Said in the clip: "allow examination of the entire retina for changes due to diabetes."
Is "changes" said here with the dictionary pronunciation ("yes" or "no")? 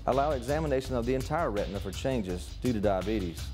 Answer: yes